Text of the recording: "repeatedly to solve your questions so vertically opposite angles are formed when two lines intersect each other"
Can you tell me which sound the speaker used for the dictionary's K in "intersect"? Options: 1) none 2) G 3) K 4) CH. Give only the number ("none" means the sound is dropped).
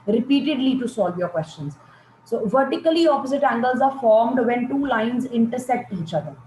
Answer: 1